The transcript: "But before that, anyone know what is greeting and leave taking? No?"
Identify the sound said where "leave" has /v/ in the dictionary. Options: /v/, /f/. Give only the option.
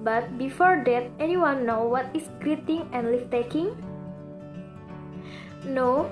/f/